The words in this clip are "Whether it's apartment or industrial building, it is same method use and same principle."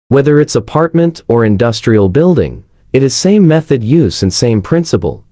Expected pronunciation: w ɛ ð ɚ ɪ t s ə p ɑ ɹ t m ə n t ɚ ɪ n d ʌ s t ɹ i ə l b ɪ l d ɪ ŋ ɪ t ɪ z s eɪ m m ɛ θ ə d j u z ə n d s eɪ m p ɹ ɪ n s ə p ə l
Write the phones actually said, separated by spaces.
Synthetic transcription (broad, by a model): w ɛ ð ɚ ɪ t s ə p ɑ ɹ t m ə n t ɚ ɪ n d ʌ s t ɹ i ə l b ɪ l d ɪ ŋ ɪ t ɪ z s eɪ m m ɛ θ ə d j u z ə n s eɪ m p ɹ ɪ n s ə p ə l